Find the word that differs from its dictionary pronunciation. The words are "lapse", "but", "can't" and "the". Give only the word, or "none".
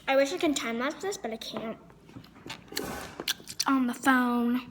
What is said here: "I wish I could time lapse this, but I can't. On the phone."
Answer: lapse